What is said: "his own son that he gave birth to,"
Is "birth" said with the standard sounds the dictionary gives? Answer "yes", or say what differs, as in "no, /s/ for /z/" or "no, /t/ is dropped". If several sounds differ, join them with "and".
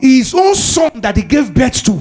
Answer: no, /s/ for /θ/